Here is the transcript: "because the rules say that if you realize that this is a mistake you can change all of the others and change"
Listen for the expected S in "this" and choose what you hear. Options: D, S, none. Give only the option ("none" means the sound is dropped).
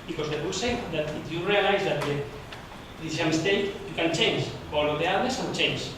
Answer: none